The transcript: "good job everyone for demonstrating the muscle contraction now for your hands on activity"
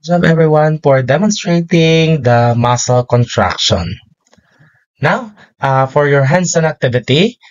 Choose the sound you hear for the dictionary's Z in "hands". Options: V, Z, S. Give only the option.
S